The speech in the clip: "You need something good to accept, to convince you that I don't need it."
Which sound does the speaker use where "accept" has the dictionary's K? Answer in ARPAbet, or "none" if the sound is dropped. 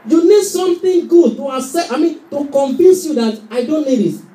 none